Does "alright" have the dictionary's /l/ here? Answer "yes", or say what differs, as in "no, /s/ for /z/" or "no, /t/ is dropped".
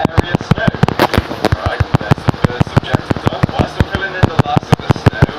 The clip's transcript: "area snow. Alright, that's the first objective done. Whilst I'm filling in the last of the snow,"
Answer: no, /l/ is dropped